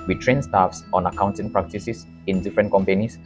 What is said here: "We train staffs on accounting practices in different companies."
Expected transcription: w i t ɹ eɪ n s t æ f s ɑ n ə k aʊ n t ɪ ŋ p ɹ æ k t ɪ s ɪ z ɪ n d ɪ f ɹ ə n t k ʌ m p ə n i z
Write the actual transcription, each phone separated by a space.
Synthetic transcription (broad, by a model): w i t ɹ eɪ n s t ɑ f s ɑ n ə k aʊ n t ɪ ŋ p ɹ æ k t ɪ s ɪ s ɪ n d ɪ f ɹ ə n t k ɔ m p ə n i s